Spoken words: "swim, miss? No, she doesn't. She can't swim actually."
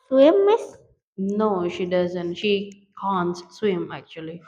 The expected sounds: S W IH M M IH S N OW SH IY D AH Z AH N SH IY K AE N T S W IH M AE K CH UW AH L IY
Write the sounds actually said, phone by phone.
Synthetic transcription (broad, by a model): S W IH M M IH S N OW SH IY D AH Z AH N SH IY K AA N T S W IH M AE K CH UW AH L IY